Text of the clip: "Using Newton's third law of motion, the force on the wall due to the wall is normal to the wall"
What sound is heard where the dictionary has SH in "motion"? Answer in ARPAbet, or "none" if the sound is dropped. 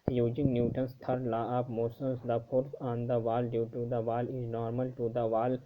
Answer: S